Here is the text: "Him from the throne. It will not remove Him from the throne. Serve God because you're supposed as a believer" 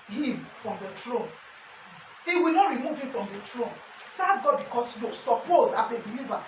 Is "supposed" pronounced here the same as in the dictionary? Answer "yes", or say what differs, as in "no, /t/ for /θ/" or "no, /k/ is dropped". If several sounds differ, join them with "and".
no, /d/ is dropped